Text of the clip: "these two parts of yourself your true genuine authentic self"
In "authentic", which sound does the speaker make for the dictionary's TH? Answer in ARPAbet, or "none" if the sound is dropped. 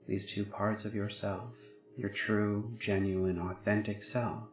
TH